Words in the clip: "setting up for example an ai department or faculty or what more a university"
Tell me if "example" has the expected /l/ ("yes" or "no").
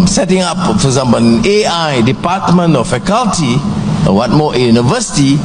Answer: no